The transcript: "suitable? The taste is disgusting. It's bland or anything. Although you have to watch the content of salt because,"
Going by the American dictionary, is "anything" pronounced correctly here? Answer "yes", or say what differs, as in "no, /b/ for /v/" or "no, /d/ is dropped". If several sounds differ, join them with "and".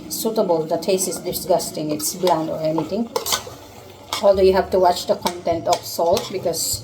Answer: no, /t/ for /θ/